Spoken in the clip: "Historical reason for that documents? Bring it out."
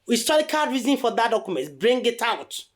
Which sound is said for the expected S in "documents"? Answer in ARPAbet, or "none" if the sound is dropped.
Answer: none